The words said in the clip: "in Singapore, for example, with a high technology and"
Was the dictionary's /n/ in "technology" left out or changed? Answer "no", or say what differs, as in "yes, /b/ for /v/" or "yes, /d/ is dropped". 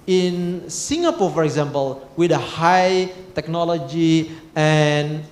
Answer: no